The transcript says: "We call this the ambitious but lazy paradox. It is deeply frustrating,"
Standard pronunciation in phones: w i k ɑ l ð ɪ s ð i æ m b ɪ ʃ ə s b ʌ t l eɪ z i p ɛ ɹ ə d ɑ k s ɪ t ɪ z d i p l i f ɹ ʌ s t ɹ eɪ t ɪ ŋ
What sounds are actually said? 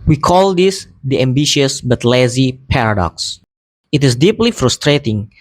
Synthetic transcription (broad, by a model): w i k ɑ l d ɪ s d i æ m b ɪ ʃ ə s b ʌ t l eɪ z i p ɛ ɹ ə d ɑ k s ɪ t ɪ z d i p l i f ɹ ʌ s t ɹ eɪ t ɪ ŋ